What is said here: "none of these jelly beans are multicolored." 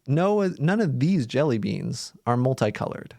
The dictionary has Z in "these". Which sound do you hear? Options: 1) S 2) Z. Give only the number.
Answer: 2